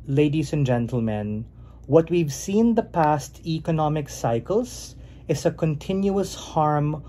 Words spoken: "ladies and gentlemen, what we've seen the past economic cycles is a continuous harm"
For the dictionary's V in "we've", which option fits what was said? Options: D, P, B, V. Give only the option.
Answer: V